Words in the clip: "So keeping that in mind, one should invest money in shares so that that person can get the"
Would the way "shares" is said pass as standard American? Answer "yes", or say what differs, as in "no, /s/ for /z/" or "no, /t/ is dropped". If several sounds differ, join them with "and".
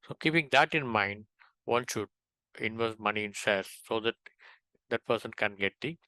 no, /s/ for /ʃ/